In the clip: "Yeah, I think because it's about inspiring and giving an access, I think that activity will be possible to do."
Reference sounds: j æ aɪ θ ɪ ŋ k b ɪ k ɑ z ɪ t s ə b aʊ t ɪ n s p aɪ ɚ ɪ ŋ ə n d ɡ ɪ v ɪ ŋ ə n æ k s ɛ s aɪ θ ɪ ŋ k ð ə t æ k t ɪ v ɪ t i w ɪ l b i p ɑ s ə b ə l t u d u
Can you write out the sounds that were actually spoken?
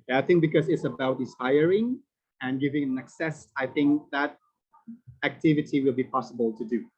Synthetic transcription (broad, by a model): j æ aɪ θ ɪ ŋ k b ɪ k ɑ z ɪ t s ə b aʊ t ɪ s aɪ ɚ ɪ ŋ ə n ɡ ɪ v ɪ ŋ ə n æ k s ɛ s aɪ θ ɪ ŋ k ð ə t æ k t ɪ v ɪ t i w ɪ l b i p ɑ s ə b ə l t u d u